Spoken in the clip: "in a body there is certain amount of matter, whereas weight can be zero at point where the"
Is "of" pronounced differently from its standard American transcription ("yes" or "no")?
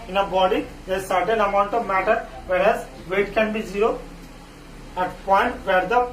no